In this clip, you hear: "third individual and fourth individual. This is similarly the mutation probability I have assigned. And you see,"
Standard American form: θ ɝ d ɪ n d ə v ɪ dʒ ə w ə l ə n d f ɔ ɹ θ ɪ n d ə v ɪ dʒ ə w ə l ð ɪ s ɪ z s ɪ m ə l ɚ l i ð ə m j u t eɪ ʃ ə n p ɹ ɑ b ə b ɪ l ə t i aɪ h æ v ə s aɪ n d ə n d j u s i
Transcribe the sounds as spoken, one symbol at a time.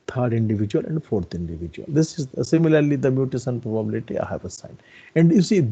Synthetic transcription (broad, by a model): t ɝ d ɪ n d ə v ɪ dʒ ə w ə l ə n d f ɔ ɹ t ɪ n d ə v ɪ dʒ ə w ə l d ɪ s ɪ z s ɪ m ə l ɚ l i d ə m j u t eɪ s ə n p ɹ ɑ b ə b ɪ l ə t i aɪ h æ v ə s aɪ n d ə n d j u s i